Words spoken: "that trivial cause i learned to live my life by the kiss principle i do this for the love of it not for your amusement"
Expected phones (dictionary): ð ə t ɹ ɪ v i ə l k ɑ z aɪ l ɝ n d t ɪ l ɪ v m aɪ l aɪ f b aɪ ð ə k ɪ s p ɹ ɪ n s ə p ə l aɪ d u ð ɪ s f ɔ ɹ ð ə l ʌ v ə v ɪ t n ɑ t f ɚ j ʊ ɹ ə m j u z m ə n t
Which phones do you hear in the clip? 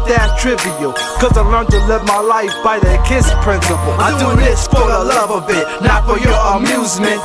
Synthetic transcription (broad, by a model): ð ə t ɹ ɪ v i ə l k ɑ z aɪ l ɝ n t ɪ l ɪ v m aɪ l aɪ f b aɪ ð ə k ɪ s p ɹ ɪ n s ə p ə l aɪ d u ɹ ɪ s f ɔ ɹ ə l ʌ v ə b ɪ t n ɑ t f ɚ j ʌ ɹ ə m j u z m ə n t